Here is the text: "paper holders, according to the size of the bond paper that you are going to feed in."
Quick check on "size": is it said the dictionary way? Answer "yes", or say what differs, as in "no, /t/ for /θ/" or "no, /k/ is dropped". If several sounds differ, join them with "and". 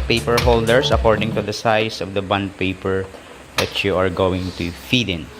no, /s/ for /z/